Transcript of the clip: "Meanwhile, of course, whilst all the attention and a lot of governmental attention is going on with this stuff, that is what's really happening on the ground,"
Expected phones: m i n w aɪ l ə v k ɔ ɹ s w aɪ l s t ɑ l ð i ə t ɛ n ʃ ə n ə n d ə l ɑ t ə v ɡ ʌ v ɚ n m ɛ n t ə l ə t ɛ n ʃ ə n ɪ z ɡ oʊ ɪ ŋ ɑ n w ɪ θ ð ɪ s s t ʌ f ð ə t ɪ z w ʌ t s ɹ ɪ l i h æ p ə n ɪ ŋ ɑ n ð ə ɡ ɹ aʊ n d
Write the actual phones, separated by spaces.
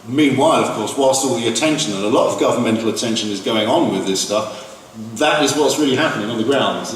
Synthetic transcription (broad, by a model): m i n w aɪ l ə v k ɔ ɹ s w aɪ l s t ɑ l ð i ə t ɛ n ʃ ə n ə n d ə l ɑ t ə v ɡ ʌ v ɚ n m ɛ n t l ə t ɛ n ʃ ə n ɪ z ɡ oʊ ɪ ŋ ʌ n w ɪ ð ɪ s s t ʌ f ð ə t ɪ z w ʌ t s ɹ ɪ l i h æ p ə n ɪ ŋ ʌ n ð ə ɡ ɹ aʊ n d